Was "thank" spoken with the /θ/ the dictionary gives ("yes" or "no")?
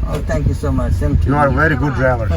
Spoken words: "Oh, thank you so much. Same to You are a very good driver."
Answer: no